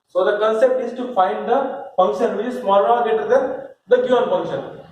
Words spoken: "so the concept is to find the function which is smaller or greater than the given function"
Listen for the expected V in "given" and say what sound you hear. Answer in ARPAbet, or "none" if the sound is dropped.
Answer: none